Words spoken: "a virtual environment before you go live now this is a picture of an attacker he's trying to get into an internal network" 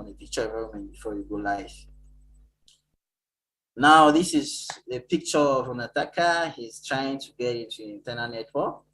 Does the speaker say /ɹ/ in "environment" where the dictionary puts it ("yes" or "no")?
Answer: no